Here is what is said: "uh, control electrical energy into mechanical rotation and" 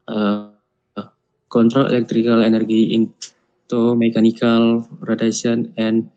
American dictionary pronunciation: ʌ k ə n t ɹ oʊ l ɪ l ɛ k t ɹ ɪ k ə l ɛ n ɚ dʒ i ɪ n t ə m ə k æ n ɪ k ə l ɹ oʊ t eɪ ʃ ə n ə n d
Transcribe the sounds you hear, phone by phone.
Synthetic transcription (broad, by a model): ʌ k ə n t ɹ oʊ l ɪ l ɛ k t ɹ ɪ k ə l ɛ n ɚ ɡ i ɪ n t ə m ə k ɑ n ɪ k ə l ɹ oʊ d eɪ s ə n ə n